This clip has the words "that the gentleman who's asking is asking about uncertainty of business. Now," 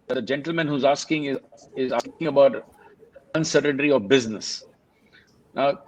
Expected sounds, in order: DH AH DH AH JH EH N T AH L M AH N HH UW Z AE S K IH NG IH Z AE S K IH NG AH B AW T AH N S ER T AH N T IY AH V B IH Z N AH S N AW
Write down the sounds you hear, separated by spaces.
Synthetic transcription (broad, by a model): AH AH JH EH N T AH L M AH N HH UW Z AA S K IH NG IH Z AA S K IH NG AH B AW T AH N S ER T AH N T IY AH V B IH Z N AH S N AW